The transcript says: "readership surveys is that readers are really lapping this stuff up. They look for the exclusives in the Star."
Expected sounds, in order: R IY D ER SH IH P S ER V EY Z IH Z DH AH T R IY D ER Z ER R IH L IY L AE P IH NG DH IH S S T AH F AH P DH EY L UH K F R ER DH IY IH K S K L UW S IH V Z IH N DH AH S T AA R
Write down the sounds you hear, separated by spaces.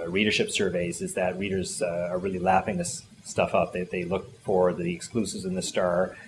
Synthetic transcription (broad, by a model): R IY D ER SH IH P S ER V EY Z IH Z DH AH T R IY D ER Z ER R IH L IY L AE F IH NG DH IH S S T AH F AH P DH EY L UH K F R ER DH IY IH K S K L UW S IH V Z IH N DH AH S T AA R